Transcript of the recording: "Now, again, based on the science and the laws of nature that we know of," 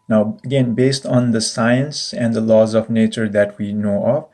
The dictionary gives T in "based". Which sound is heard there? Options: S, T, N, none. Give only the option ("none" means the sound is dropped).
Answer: T